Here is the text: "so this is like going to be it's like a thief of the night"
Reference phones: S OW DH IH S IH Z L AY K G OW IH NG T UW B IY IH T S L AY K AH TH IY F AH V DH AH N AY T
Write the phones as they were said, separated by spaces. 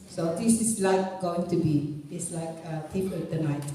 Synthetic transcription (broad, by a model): S OW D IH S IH S L AY K G OW IH NG T UW B IY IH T S L AY K AH T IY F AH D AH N AY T